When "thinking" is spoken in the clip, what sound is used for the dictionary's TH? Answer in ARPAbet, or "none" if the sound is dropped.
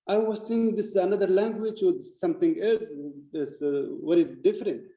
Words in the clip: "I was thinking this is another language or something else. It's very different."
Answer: S